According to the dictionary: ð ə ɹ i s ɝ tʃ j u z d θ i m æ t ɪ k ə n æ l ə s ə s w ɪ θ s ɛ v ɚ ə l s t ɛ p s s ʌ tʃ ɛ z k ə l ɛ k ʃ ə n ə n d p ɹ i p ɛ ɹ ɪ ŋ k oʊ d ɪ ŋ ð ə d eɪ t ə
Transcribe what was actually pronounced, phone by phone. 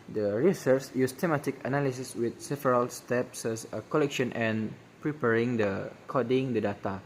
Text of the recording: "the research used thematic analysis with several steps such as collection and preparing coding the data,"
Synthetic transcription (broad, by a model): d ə ɹ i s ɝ s j u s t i m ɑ t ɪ k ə n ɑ l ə s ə s w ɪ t s ɛ v ɚ ə l s t ɛ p s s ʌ k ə l ɛ k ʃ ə n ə n p ɹ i p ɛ ɹ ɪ ŋ k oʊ d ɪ ŋ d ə d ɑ t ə